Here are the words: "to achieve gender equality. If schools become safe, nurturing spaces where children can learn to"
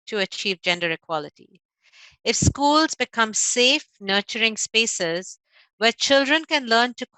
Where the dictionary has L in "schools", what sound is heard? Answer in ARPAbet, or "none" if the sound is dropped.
L